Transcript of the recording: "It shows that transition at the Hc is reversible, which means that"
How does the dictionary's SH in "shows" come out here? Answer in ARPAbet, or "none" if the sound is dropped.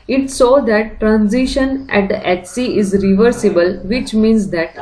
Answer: S